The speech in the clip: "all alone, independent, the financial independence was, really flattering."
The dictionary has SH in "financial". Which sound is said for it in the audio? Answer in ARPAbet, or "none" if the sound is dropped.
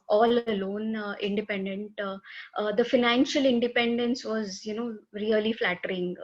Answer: SH